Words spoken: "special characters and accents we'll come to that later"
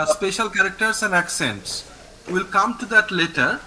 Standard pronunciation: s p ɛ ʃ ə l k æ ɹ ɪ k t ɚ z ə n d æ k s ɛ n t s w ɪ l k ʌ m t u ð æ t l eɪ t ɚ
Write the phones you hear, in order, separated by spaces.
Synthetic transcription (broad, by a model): s p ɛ ʃ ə l k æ ɹ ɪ k t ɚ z ə n d æ k s ɛ n t s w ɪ l k ʌ m t u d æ t l eɪ t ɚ